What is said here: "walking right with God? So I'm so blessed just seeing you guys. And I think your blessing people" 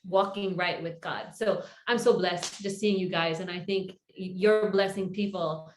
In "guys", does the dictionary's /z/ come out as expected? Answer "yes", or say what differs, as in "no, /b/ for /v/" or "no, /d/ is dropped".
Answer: yes